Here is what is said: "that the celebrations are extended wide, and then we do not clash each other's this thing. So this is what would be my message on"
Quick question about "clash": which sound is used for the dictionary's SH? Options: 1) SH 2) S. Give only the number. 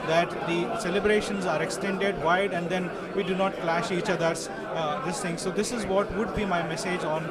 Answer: 1